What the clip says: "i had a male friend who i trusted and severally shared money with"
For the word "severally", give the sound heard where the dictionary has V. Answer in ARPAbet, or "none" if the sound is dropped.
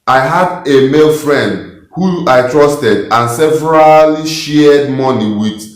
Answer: V